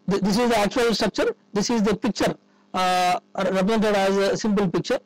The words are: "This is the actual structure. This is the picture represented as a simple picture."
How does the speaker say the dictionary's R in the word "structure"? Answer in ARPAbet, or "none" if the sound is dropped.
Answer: R